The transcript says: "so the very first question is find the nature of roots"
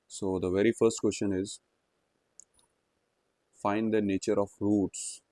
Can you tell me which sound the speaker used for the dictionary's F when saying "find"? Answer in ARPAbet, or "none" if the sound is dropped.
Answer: F